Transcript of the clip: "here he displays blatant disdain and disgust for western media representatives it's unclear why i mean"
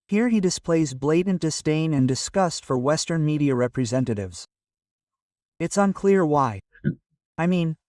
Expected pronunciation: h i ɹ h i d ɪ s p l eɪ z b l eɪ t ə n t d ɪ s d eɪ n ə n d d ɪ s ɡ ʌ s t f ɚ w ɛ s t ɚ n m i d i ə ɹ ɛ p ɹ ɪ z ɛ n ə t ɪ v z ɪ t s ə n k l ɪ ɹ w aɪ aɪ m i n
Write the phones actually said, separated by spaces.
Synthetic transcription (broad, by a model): h i ɹ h i d ɪ s p l eɪ z b l eɪ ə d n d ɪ s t eɪ n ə n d d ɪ s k ʌ s t f ɚ w ɛ s t ɚ n m i d i ə ɹ ɛ p ɹ ɪ z ɛ n ə t ɪ v z ɪ t s ə n k l ɪ ɹ w aɪ aɪ m i n